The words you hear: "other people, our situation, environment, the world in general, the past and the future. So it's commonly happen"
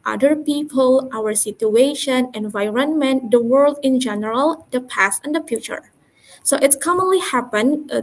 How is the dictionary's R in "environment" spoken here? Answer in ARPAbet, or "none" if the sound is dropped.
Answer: R